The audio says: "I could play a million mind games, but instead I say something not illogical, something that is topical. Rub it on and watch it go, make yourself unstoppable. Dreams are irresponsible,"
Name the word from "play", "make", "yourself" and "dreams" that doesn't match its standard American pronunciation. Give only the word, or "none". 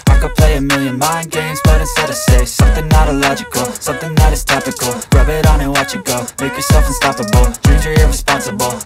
dreams